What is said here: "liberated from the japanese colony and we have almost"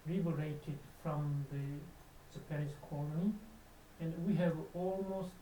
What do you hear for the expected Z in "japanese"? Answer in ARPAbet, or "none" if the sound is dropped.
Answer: S